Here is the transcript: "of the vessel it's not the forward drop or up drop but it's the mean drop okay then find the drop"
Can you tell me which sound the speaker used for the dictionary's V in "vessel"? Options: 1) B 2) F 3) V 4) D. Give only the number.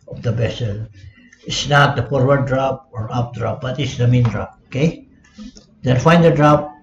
1